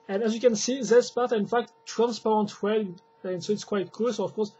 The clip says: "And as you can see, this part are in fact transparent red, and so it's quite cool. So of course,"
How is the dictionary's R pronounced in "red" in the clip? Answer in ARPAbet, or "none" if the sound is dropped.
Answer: W